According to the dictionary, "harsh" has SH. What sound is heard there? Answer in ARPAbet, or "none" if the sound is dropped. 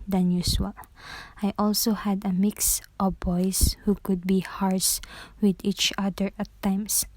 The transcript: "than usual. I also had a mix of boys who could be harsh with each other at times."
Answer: S